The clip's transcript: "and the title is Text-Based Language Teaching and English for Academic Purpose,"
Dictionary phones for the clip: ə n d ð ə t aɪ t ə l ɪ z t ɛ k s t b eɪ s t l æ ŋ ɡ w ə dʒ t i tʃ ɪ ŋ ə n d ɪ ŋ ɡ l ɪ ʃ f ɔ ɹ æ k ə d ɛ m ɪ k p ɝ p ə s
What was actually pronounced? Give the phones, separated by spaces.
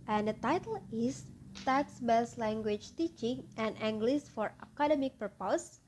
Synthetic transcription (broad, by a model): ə n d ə t aɪ t ə l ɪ s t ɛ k s b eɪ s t l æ ŋ ɡ w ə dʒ t i tʃ ɪ ŋ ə n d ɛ ŋ ɡ l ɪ s f ɔ ɹ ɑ k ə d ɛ m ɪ k p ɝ p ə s